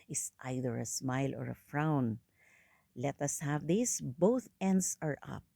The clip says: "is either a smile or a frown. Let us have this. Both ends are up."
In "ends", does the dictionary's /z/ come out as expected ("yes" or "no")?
no